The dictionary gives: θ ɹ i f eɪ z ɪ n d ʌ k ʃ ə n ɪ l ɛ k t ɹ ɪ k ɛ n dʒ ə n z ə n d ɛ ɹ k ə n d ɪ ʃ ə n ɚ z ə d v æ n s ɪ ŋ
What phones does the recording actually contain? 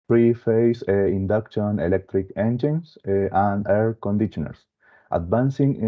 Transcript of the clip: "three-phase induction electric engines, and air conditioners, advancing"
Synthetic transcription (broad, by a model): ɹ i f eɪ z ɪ n d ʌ k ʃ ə n ɪ l ɛ k t ɹ ɪ k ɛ n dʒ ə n s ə n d ɛ ɹ k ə n d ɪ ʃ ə n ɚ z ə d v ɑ n s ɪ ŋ